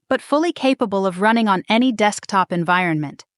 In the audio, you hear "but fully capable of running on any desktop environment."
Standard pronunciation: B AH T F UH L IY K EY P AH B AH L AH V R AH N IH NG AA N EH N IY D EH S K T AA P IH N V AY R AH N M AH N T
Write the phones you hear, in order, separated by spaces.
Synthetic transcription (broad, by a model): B AH T F UH L IY K EY P AH B AH L AH V R AH N IH NG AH N EH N IY D EH S K T AA P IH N V AY R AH N M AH N T